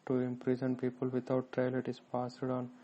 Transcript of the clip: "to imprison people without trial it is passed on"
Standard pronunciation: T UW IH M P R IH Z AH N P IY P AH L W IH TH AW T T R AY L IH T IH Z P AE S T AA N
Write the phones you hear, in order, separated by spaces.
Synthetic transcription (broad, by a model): T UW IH M P R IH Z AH N P IY P AH L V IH T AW T T R AY L IH T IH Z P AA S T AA N